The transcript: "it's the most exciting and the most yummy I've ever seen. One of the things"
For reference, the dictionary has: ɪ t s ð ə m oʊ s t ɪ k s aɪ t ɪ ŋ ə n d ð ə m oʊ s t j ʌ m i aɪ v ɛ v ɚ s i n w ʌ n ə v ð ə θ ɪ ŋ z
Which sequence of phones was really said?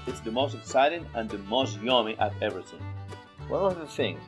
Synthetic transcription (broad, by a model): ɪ t s ð ə m oʊ s t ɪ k s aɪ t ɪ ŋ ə n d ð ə m oʊ s t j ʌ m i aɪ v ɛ v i θ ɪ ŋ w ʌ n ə ð ə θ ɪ ŋ